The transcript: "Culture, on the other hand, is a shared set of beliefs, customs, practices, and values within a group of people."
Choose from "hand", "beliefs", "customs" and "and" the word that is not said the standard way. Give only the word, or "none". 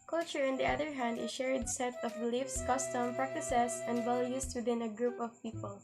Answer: customs